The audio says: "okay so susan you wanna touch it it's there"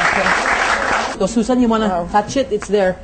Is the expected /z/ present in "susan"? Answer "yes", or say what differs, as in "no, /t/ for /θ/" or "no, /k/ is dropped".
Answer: no, /s/ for /z/